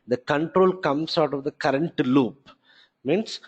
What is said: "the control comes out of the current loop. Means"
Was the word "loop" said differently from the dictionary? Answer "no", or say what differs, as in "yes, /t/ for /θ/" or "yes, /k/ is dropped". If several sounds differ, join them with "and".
no